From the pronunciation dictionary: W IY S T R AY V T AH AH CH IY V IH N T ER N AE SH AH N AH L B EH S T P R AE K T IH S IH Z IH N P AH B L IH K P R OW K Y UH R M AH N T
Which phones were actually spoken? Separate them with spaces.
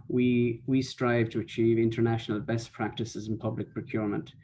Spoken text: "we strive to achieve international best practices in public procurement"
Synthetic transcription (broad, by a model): W IY S T R AY V T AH AH CH IY V IH N T ER N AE SH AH N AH L B EH S P R AE K T IH S IH Z IH N P AH B L IH K P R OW K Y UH R M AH N T